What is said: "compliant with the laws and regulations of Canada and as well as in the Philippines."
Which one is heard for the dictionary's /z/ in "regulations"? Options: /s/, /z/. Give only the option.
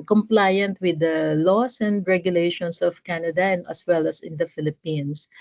/s/